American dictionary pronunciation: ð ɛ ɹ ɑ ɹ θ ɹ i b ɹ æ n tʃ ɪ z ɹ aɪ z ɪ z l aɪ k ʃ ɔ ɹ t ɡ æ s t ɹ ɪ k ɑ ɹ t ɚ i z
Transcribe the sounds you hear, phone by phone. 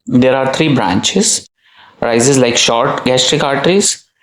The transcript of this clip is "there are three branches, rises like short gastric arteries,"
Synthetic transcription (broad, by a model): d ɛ ɹ ɑ ɹ t ɹ i b ɹ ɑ n tʃ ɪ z ɹ aɪ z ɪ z l aɪ k ʃ ɔ ɹ t ɡ æ s t ɹ ɪ k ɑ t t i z